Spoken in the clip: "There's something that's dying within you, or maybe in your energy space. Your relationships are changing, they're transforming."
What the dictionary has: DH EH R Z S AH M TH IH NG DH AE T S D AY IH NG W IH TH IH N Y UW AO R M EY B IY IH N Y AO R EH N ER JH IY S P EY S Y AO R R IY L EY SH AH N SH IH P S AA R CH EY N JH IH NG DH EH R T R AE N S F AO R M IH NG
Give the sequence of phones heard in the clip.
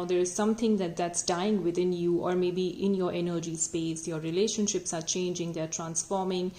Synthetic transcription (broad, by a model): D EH R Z S AH M T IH NG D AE T S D AY IH NG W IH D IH N Y UW AO R M EY B IY IH N Y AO R EH N ER JH IY S P EY S Y AO R R IY L EY SH AH N SH IH P S AA R CH EY N JH IH NG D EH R T R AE N S F AO R M IH NG